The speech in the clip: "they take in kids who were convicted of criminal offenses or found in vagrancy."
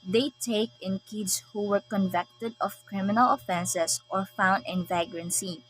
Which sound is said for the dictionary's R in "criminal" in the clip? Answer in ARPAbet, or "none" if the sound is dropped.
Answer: R